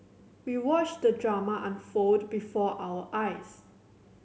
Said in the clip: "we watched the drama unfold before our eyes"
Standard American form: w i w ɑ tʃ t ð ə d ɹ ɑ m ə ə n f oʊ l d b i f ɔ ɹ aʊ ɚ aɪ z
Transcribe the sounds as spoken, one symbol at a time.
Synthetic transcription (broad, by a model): w i w ɑ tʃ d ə d ɹ ɑ m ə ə n f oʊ d b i f ɔ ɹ aʊ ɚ aɪ s